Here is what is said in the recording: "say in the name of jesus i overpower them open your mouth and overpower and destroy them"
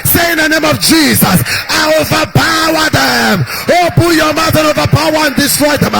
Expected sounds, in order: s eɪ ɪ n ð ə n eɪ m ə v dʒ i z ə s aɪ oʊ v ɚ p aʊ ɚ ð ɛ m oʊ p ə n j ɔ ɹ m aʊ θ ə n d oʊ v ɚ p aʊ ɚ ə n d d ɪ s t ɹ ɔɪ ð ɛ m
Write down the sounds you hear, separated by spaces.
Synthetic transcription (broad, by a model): s eɪ ɪ n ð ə n eɪ m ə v dʒ i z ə s aɪ oʊ v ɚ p aʊ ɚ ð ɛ m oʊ b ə j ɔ m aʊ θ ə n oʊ v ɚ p aʊ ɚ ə n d d ɪ s t ɹ ɔɪ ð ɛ m